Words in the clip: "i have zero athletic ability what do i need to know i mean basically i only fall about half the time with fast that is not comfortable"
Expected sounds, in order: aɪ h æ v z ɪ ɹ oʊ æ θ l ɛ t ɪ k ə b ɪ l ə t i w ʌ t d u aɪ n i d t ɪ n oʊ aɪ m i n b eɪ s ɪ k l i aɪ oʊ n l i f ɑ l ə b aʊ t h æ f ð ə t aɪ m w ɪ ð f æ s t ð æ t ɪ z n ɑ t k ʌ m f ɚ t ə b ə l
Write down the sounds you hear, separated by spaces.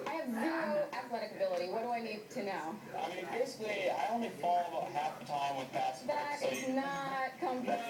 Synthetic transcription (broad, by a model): aɪ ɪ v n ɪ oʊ æ θ l ɛ t ɪ k ə b ɪ l ə t i w ʌ t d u aɪ n i d t ɪ n oʊ aɪ m i n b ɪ s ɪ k l i aɪ oʊ n l i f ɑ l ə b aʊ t h æ f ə t aɪ m w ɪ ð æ t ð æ t ɪ z n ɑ t k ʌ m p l